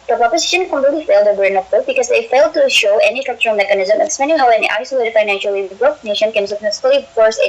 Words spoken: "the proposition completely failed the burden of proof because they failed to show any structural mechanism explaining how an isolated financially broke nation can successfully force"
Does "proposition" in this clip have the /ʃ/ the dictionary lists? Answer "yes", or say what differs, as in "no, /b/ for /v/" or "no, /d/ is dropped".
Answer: yes